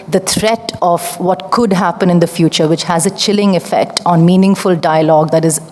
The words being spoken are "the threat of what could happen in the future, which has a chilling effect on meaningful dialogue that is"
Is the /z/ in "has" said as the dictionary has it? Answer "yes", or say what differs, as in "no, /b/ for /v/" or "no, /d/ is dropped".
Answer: yes